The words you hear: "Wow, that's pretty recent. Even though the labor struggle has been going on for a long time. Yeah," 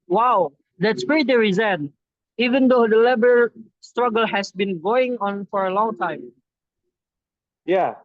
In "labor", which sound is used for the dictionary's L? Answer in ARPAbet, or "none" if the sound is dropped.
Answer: L